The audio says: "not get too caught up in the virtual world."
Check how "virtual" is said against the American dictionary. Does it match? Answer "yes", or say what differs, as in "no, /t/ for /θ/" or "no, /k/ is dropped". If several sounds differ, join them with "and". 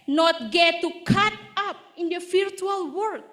no, /f/ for /v/